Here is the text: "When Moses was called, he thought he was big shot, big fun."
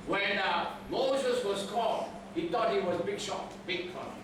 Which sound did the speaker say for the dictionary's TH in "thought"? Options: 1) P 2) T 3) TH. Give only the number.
2